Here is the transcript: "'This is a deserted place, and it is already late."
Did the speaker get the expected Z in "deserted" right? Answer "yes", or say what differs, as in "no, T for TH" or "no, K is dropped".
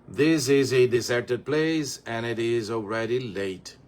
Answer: no, S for Z